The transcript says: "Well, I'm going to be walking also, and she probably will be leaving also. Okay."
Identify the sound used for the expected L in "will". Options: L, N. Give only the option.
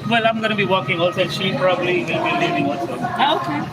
N